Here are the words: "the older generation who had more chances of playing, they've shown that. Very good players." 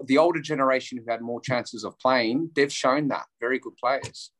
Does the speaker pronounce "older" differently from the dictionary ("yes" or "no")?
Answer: no